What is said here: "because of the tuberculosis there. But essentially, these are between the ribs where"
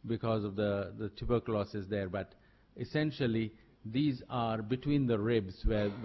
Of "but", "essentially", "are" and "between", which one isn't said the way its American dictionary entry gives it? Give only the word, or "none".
none